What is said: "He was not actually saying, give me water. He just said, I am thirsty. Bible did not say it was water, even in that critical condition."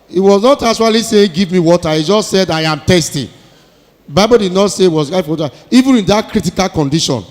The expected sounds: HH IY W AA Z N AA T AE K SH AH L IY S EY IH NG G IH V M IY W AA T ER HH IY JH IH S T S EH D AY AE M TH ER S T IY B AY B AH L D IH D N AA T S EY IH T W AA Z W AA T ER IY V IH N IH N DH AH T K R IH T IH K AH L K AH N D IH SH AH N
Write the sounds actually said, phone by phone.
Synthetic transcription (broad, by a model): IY W AA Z N AA T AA SH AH L IY S EY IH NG G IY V M IY W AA T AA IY JH IH S T S EH D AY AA M T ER S T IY B AY B AH L D IH D N AA T S EY IH T W AA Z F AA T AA IY V IH N IH N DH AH T K R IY T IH K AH L K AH N D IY SH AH N